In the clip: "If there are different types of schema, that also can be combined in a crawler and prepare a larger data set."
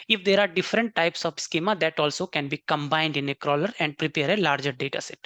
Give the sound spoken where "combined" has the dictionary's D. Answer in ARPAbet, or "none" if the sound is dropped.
D